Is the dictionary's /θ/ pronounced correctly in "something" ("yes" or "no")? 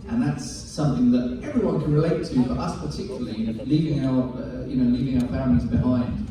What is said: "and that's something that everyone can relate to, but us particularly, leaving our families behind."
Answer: yes